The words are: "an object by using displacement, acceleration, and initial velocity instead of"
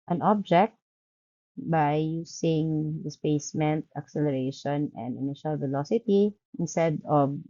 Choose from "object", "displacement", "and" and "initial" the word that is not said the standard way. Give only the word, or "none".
displacement